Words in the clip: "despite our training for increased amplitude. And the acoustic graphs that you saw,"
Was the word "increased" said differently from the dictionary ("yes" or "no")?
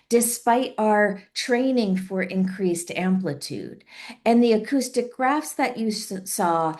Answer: no